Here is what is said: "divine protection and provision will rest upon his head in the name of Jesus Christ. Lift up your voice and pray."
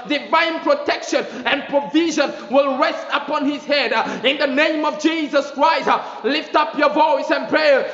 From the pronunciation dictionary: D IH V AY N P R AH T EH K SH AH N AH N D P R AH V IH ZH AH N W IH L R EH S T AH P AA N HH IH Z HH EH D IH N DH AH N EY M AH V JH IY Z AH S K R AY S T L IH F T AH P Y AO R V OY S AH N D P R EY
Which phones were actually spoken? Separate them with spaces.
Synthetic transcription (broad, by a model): D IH V AY N P R AH T EH K SH AH N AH N P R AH V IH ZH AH N W IH L R EH S T AH P AA N HH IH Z HH EH D IH N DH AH N EY M AH V JH IY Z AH S K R AY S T L IH F T AH P Y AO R V OY S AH N P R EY